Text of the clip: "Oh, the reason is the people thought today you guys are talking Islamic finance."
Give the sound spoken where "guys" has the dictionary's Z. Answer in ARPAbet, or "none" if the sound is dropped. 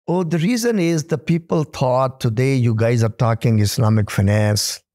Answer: Z